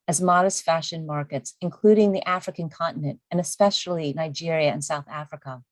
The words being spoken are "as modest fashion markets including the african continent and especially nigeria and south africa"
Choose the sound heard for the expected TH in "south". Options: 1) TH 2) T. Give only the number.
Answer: 1